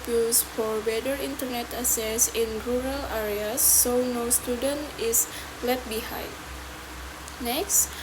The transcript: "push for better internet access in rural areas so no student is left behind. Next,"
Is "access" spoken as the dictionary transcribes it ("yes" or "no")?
no